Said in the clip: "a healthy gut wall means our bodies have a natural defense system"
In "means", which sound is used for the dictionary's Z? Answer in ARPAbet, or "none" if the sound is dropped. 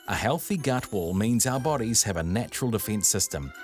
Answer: Z